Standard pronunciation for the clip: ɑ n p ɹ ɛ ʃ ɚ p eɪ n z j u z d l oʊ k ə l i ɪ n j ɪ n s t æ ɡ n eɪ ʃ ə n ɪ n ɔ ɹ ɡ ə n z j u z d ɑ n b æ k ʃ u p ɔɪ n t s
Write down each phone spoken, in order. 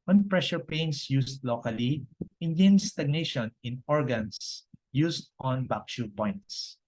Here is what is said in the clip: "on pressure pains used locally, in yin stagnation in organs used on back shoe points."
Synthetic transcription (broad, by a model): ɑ n p ɹ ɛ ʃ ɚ p eɪ n s j u s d l oʊ k ə l i ɪ n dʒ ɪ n s t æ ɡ n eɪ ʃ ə n ɪ n ɔ ɹ ɡ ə n s j u s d ɑ n b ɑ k ʃ u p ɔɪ n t s